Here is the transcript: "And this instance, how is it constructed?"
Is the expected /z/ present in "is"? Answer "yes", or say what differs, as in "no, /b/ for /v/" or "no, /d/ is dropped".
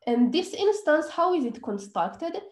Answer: yes